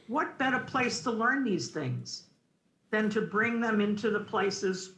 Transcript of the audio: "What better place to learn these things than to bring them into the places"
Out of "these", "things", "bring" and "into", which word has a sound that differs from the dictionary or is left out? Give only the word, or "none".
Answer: none